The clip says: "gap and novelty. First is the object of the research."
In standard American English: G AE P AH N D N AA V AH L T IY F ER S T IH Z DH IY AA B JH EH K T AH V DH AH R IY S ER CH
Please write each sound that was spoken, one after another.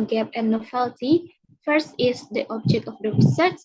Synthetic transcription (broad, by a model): G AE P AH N N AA F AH L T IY F ER S T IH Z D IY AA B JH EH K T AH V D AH R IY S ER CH